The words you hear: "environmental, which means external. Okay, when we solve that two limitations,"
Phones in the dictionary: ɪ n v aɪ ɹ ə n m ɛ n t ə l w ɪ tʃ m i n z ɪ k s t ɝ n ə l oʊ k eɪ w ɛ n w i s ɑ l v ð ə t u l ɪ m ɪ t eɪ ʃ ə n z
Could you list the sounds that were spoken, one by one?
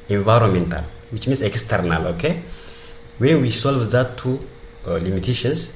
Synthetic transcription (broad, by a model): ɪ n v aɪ ɹ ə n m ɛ n t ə l w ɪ tʃ m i n s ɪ k s t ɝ n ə l oʊ k eɪ w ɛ w i s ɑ l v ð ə t u l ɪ m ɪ t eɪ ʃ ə n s